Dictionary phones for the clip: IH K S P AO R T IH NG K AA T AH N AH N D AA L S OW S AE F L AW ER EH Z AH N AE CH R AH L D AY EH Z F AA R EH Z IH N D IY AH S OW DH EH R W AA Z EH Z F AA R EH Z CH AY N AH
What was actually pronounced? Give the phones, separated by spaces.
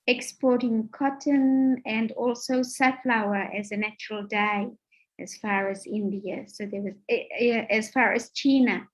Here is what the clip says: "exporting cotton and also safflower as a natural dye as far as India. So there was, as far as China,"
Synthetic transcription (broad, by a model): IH K S P AO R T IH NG K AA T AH N AH N D AA L S OW S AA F L AW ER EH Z AH N AE CH R AH L D AY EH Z F AA R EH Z IH N D IY AH S OW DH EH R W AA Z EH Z F AA R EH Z CH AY N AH